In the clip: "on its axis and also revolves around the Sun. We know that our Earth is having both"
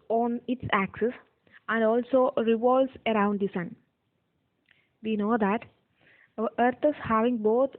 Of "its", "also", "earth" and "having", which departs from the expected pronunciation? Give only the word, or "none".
earth